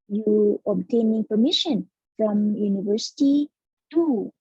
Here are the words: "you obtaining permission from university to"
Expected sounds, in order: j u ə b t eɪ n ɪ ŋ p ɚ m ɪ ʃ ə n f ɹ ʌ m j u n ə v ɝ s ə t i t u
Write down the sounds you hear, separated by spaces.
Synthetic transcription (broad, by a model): j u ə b t eɪ n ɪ ŋ p ɚ m ɪ ʃ ə n f ɹ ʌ m j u n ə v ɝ s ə t i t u